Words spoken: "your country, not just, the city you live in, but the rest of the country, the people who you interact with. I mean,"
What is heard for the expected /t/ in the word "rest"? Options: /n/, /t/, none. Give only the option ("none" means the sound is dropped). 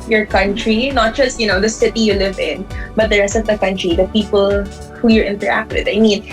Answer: /t/